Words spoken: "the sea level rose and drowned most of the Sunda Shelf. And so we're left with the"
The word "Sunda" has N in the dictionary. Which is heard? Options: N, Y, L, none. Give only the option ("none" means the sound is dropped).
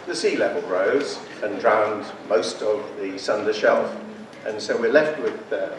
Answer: N